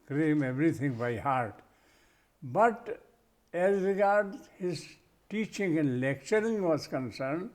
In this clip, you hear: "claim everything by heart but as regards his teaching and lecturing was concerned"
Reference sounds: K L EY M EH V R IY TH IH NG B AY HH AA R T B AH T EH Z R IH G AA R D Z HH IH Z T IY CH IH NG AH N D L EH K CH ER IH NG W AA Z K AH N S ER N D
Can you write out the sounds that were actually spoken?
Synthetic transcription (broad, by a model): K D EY M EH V R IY T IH NG B AY HH AA R T B AH T EH Z R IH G AA R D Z HH IH Z T IY CH IH NG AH N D L EH K CH ER IH NG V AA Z K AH N S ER N D